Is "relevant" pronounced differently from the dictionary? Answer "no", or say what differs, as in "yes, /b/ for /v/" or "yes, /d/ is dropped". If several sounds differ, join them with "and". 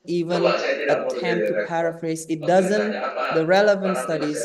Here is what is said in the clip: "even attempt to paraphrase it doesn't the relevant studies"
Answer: no